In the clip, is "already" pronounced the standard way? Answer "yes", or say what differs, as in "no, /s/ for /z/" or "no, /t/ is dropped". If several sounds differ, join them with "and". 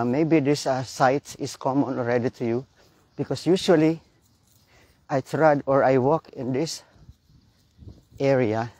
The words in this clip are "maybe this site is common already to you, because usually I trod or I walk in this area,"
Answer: yes